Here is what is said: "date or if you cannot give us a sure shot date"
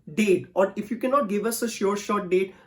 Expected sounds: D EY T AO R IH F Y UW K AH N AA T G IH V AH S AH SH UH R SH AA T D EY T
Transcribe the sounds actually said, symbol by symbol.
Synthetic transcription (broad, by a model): D EY T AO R IH F Y UW K AH N AA T G IH V AH S AH SH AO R SH AA T D EY T